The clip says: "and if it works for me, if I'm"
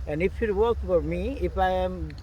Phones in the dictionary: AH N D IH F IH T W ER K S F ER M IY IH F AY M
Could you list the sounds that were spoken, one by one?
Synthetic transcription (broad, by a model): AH N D IH F IH T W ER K F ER M IY IH F AY M